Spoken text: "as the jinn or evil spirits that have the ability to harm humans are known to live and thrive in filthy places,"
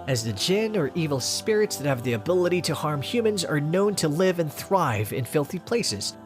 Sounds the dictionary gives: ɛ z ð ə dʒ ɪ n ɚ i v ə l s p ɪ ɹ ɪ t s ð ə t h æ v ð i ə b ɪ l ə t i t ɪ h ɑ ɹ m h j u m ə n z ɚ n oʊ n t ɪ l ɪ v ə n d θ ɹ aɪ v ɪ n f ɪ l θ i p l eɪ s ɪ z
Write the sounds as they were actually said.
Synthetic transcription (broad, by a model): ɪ z ð ə dʒ ɪ n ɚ i v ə l s p ɪ ɹ ɪ t s ð ə t h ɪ v ð i ə b ɪ l ə t i t ɪ h ɑ ɹ m h j u m ə n z ɚ n oʊ n t ɪ l ɪ v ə n θ ɹ aɪ v ɪ n f ɪ l θ i p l eɪ s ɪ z